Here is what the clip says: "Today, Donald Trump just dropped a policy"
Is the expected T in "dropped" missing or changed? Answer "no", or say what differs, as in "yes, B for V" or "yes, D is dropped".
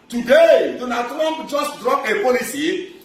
yes, T is dropped